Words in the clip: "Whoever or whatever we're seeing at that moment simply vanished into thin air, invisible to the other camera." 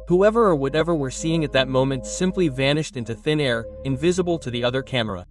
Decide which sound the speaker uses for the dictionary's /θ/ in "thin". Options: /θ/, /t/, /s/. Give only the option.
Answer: /θ/